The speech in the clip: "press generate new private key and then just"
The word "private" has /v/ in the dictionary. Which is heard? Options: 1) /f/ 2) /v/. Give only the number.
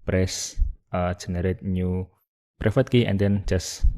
1